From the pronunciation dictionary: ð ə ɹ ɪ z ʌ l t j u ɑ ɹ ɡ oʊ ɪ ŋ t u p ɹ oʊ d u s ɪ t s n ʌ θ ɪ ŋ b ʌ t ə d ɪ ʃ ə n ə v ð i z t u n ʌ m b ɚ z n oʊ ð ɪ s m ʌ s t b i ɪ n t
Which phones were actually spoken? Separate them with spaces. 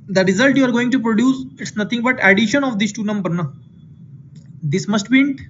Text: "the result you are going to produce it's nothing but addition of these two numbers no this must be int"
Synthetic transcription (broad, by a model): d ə ɹ ɪ z ʌ l t j u ɑ ɹ ɡ oʊ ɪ ŋ t u p ɹ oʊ d u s ɪ t s n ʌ t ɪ ŋ b ʌ t ə d ɪ ʃ ə n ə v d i s t u n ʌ m b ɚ n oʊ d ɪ s m ʌ s t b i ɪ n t